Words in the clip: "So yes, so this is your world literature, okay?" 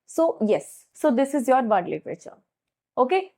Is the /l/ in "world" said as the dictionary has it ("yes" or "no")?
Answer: no